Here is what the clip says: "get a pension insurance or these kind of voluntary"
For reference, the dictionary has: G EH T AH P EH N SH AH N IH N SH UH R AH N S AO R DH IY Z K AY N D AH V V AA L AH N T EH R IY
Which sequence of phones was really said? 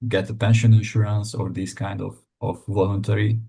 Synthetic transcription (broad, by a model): G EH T AH P EH N SH AH N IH N SH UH R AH N S AO R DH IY S K AY N D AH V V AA L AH N T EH R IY